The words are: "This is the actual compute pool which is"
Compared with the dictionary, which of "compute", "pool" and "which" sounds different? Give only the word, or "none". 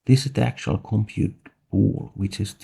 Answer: pool